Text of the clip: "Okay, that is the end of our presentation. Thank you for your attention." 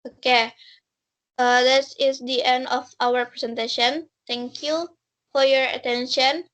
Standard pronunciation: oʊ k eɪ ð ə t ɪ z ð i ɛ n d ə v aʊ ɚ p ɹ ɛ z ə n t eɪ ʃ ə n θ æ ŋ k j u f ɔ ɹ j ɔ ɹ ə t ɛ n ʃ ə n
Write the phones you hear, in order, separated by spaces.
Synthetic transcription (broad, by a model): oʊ k eɪ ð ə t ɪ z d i ɛ n d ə f aʊ ɚ p ɹ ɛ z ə n t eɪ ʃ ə n t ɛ ŋ k j u f ɔ ɹ j ɔ ɹ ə t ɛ n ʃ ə n